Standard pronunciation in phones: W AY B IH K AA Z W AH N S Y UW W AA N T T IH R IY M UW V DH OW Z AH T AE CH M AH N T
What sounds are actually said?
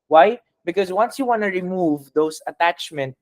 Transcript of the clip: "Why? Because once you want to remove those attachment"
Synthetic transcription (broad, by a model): W AY B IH K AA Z W AH N S Y UW W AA N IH R IY M UW V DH OW S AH T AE CH M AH N T